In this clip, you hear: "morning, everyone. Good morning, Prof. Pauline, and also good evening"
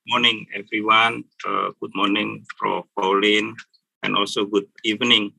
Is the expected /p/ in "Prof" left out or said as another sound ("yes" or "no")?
yes